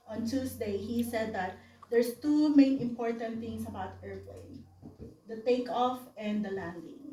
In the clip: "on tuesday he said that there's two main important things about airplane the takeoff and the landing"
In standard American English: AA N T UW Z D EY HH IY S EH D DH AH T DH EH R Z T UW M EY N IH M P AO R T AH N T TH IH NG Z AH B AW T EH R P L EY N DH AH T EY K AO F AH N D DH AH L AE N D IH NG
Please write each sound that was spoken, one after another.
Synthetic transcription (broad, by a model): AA N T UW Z D EY HH IY S EH D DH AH T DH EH R S T UW M EY N IH M P AO R T AH N T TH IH NG S AH B AW T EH R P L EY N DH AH T EY K AO F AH N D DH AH L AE N D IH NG